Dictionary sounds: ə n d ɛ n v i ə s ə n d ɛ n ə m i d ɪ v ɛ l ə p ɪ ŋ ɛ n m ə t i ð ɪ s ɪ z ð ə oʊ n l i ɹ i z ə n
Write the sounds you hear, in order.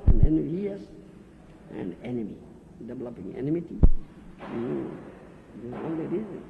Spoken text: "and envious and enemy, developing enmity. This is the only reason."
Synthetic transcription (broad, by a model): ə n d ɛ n i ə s ə n d ɛ n ə m i d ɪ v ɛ l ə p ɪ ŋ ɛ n m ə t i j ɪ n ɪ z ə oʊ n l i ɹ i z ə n